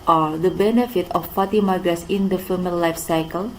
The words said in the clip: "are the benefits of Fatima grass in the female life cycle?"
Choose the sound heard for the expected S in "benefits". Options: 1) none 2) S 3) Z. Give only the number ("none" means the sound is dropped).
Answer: 1